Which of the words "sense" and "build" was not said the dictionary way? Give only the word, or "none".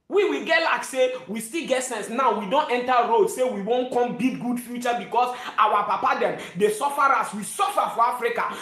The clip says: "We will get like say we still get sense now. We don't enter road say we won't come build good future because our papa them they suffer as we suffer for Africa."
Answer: build